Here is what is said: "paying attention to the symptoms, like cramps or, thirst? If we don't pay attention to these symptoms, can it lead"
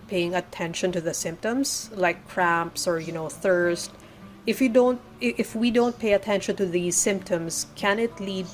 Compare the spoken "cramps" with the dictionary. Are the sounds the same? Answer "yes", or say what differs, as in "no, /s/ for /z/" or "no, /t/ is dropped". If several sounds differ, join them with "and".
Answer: yes